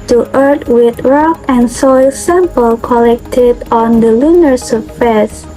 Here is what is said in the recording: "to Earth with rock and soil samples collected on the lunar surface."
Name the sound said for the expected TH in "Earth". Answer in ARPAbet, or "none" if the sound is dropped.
T